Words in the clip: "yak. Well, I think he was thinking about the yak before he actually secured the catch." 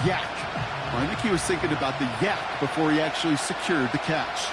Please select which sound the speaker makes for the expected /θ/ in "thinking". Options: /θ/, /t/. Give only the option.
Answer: /θ/